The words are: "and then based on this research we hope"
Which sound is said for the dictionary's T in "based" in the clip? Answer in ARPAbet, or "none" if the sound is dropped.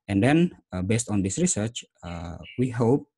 T